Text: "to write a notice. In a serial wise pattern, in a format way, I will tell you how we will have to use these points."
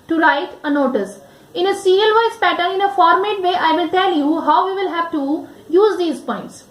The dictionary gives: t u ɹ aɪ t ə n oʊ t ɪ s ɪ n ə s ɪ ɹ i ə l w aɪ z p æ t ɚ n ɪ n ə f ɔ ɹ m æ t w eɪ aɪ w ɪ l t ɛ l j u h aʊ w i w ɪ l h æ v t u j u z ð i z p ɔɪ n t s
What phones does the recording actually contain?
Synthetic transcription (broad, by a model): t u ɹ aɪ t ə n oʊ t ɪ s ɪ n ə s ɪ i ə l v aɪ s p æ t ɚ ɪ n ə f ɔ ɹ m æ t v eɪ aɪ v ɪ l t ɛ l j u h aʊ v i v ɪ l h æ v t u j u z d i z p ɔɪ n t s